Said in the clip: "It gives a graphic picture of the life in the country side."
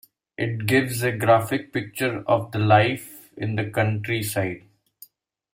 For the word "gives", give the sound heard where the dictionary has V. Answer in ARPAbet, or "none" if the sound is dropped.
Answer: V